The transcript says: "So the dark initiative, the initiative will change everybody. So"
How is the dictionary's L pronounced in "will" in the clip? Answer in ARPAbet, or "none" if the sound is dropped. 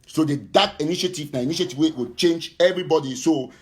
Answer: W